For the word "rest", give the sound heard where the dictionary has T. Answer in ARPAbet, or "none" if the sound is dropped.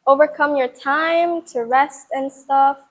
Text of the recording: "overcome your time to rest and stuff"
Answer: T